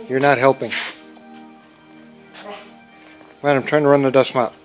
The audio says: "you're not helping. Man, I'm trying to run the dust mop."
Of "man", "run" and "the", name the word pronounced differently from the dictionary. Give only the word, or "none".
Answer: man